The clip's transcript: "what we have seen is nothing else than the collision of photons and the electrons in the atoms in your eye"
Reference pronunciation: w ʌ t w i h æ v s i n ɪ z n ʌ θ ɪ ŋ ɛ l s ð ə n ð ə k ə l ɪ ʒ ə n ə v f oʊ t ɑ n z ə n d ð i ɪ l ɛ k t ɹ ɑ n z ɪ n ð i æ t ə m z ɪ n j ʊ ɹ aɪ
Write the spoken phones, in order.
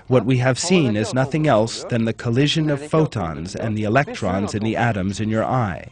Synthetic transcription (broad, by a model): w ʌ t w i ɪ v s i n ɪ z n ʌ θ ɪ ŋ ɛ l s ð ə n ð ə k ə l ɪ ʒ ə n ə v f oʊ t ɑ n z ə n ð i ɪ l ɛ k t ɹ ɑ n z ɪ n ð i æ t ə m z ɪ n j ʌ ɹ aɪ